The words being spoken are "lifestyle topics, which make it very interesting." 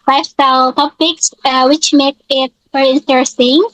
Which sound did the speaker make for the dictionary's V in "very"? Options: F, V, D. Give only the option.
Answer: F